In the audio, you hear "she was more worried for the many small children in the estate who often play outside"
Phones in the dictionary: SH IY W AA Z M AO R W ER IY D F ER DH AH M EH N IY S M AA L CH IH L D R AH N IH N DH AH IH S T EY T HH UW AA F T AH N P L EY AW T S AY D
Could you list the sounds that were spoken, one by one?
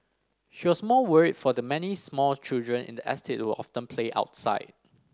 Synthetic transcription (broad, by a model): SH IY W AA S M AO L W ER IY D F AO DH AH M EH N IY S M AA L CH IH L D R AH N IH N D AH IH S T EY T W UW AA F T AH N P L EY AW T S AY D